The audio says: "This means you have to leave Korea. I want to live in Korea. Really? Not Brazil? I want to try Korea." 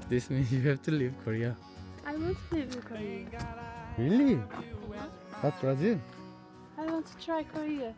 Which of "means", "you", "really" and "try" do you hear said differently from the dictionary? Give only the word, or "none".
means